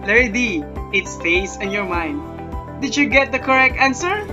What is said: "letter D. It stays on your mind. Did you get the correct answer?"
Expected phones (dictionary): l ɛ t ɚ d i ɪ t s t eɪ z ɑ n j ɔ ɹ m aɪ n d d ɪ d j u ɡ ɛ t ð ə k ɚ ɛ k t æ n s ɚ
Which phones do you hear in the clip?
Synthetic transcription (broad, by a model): l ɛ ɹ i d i ɪ t s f eɪ s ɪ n j ɔ ɹ m aɪ n d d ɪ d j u ɡ ɛ t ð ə k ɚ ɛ k t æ n s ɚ